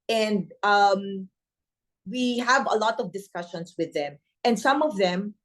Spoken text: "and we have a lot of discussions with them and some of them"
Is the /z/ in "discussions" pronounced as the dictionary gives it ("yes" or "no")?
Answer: no